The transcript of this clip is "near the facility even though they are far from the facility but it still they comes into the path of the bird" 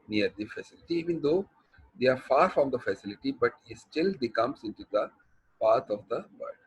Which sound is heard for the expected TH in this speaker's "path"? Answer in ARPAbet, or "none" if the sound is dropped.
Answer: T